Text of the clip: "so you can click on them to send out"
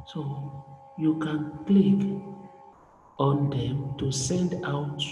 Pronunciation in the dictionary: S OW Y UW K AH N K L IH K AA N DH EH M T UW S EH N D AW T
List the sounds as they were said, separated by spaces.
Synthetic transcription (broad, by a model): S OW Y UW K AH N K L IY K AA N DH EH M T UW S EH N D AW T